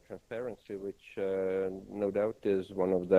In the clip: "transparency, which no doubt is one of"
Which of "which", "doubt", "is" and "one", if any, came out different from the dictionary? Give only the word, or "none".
none